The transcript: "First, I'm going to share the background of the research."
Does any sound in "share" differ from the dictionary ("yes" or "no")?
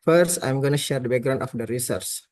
no